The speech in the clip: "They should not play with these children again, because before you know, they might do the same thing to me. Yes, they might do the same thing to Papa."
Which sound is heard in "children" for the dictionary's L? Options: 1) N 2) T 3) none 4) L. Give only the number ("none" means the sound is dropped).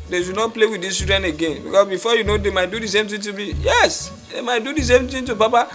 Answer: 3